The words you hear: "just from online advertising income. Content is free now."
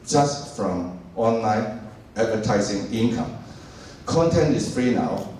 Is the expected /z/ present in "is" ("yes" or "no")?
no